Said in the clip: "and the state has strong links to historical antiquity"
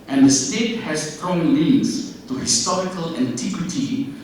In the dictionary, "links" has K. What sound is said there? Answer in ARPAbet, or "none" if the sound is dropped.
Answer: none